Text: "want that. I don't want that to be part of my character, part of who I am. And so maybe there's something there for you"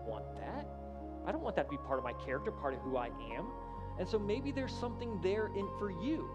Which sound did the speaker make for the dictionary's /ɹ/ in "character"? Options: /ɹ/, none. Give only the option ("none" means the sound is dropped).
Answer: /ɹ/